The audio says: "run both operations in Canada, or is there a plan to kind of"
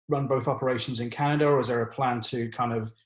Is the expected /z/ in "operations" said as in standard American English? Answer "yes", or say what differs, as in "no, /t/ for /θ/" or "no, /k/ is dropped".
yes